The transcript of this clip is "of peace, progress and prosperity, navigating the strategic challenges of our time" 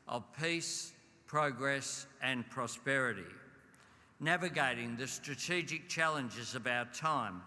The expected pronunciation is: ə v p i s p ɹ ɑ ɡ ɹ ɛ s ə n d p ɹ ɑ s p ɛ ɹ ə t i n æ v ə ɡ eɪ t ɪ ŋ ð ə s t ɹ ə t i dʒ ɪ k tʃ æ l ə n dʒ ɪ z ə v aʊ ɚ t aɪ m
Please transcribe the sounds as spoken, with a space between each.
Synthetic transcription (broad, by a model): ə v p i s p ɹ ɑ ɡ ɹ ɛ s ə n p ɹ ɑ s p ɛ ɹ ə t i n æ v ə ɡ eɪ t ɪ ŋ ð ə s t ɹ ə t i dʒ ɪ k tʃ æ l ə n dʒ ɪ z ə v aʊ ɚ t aɪ m